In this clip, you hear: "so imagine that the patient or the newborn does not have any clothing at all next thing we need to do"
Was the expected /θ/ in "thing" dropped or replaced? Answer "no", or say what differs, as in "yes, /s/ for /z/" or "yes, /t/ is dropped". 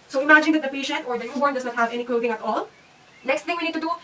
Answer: yes, /t/ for /θ/